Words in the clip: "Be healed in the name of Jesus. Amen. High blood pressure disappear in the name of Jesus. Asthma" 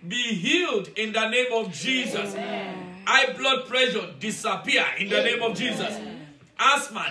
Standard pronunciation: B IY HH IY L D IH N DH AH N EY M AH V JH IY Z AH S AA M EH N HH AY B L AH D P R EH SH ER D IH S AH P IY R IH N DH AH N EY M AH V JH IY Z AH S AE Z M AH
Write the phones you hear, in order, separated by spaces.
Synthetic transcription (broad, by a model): B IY HH IY L D IH N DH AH N EY M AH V JH IY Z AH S AA IH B L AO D P R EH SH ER D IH S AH P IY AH IH N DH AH N EY M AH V JH IY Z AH S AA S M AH